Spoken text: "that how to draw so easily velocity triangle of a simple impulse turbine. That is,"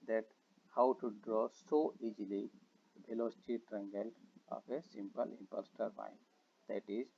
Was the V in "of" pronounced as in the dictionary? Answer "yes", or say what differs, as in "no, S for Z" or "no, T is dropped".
no, P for V